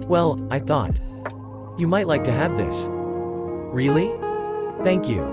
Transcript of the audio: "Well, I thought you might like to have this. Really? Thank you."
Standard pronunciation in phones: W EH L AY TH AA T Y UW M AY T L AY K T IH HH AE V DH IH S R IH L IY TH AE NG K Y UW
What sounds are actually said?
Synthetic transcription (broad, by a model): W EH L AY TH AA T Y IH M AY T L AY K T IH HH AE V DH IH S R IH L IY TH AE NG K Y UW